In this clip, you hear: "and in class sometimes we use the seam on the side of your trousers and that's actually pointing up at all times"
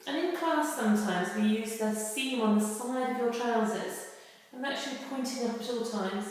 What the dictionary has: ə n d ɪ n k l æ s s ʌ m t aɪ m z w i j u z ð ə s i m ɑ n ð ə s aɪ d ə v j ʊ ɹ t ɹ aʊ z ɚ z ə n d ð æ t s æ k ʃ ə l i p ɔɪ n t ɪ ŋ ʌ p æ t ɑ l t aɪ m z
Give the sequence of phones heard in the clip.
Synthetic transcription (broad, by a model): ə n ɪ n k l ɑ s s ʌ m t aɪ m z w i j u z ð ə s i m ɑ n ð ə s aɪ d ə v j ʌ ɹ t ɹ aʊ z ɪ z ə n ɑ k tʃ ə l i p ɔɪ n t ɪ ŋ ʌ p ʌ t ɑ l t aɪ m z